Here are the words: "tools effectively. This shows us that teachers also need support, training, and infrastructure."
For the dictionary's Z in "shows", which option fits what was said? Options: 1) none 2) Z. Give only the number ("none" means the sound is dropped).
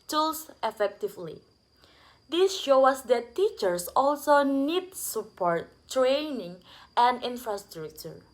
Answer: 1